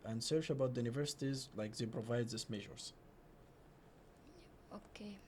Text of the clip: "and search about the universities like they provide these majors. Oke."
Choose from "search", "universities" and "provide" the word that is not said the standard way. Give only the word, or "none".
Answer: none